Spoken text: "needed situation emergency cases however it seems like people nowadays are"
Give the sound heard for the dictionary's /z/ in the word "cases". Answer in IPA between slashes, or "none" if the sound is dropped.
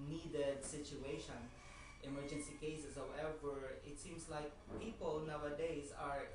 /s/